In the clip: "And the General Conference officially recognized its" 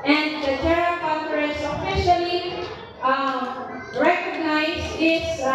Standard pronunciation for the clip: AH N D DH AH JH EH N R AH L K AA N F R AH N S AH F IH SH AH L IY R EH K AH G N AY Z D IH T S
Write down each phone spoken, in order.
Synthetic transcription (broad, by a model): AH N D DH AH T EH R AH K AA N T R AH S AH F IH SH AH L IY R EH K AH G N AY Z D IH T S